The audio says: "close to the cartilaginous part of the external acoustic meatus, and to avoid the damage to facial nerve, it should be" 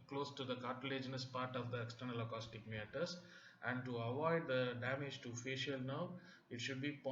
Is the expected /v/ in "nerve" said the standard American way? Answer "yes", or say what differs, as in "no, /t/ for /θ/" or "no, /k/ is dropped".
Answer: no, /v/ is dropped